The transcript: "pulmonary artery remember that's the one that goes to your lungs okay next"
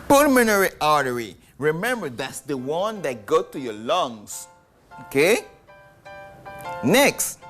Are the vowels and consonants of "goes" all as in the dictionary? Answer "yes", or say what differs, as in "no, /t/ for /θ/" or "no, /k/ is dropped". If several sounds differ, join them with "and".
no, /z/ is dropped